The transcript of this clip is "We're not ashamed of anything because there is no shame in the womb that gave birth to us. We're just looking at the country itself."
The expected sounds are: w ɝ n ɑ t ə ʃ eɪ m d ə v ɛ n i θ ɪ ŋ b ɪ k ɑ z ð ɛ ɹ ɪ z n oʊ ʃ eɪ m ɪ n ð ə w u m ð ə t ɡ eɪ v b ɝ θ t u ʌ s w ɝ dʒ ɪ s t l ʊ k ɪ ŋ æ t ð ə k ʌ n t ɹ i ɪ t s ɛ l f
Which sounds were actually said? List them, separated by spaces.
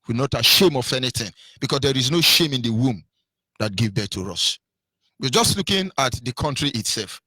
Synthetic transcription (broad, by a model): w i n ɑ t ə ʃ eɪ m ə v ɛ n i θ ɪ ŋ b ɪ k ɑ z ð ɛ ɹ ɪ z n oʊ ʃ eɪ m ɪ n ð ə w u m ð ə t ɡ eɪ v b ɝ t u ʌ s w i dʒ ɪ s t l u k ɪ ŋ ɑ t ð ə k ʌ n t ɹ i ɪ t s ɛ l f